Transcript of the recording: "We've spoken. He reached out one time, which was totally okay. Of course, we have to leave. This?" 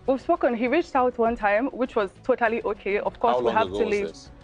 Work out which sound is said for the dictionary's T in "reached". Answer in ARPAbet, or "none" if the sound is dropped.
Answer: T